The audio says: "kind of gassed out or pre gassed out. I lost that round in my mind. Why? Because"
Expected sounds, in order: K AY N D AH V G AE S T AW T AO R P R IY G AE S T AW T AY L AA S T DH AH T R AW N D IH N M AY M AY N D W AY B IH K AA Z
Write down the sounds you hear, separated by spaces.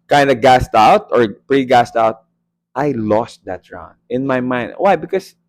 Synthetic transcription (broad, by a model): K AY N D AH G AE S T AW T AO R P R IY G AE S T AW T AY L AA S T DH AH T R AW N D IH N M AY M AY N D W AY B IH K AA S